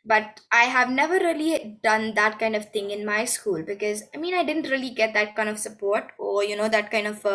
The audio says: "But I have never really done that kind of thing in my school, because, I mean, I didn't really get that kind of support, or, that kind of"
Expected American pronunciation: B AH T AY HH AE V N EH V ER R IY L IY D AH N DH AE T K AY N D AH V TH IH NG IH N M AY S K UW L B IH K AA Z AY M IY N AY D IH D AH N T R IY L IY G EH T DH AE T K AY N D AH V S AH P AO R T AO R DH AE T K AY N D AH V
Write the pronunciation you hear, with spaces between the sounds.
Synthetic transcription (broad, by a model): B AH T AY HH AE V N EH V ER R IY L IY D AH N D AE T K AY N D AH V T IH NG IH N M AY S K UW L B IH K AA Z AY M IY N AY D IH D AH N T R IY L IY G EH T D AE T K AY N D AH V S AH P AO R T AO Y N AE T K AY N D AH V